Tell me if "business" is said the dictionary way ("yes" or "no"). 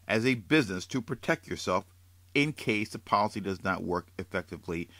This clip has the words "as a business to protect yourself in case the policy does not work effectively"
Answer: yes